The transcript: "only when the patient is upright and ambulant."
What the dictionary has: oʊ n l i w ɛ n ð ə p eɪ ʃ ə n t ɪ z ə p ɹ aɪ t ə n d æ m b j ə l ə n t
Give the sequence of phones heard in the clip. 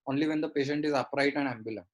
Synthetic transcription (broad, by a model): oʊ n l i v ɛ n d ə p eɪ ʃ ə n t ɪ z ə p ɹ aɪ t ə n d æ m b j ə l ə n